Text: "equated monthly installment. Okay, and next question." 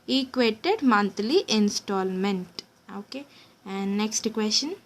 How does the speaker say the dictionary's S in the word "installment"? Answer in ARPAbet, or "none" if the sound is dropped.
S